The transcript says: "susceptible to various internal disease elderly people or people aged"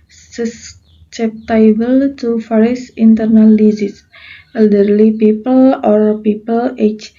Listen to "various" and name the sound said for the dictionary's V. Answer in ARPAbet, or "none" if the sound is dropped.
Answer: F